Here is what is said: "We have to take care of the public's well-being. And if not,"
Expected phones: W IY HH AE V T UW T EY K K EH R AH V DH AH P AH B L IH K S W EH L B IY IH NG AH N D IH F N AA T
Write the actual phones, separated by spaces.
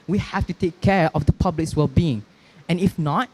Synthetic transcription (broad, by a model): W IY HH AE F T UW T EY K K EH R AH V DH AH P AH B L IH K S W EH L B IY IH NG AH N IH F N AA T